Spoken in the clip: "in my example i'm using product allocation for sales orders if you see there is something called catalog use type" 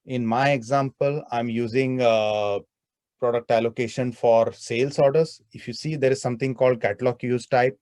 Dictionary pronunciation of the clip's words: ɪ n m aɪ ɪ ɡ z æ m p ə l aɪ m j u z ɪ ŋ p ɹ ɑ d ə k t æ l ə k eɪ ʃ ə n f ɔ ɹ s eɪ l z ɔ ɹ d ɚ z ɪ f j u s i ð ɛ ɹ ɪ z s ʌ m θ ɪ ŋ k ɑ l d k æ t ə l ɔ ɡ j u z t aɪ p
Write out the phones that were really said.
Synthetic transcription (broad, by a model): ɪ n m aɪ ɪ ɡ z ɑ m p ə l aɪ m j u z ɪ ŋ p ɹ ɑ d ə k t æ l ə k eɪ ʃ ə n f ɔ ɹ s eɪ l s ɔ ɹ d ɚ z ɪ f j u s i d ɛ ɹ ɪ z s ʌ m t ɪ ŋ k ɑ l d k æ t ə l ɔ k j u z t aɪ p